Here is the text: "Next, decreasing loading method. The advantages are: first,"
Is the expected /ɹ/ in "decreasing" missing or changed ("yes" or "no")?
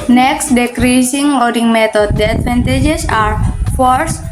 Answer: no